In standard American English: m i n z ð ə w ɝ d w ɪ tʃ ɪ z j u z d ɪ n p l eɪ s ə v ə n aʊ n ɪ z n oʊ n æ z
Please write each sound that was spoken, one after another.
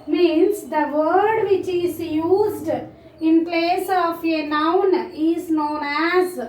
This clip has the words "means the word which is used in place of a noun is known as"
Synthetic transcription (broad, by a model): m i n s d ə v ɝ d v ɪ tʃ ɪ z j u z d ɪ n p l eɪ s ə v ə n aʊ n ɪ z n oʊ n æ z